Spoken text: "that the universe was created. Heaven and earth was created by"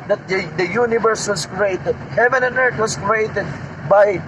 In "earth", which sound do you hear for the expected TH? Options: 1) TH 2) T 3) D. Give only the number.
2